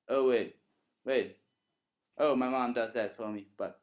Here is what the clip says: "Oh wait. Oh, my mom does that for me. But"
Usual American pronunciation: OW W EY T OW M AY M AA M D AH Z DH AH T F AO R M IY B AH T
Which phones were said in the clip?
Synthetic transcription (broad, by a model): OW W EY T OW M AY M AA M D AH Z DH AH T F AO L M IY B AH T